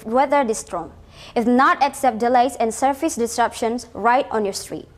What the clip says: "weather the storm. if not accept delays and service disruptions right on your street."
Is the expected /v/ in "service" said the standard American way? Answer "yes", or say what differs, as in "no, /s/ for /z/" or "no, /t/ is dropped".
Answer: no, /f/ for /v/